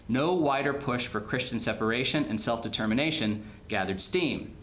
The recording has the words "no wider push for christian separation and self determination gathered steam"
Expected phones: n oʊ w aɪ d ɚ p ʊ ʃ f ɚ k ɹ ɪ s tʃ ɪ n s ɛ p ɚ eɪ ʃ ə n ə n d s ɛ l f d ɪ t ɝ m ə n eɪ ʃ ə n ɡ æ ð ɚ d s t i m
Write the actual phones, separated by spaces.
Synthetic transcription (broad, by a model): n oʊ w aɪ d ɚ p ʊ ʃ f ɚ k ɹ ɪ s tʃ ɪ n s ɛ p ɚ eɪ ʃ ə n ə n s ɛ l f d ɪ t ɝ m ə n eɪ ʃ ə n ɡ æ ð ɚ d s t i m